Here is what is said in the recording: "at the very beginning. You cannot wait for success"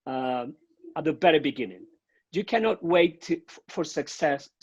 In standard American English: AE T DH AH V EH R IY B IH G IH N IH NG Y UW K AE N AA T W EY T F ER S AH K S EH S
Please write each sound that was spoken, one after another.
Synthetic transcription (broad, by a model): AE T DH AH B EH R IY B IH G IH N IH NG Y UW K AE N AA T W EY T F ER S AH K S EH S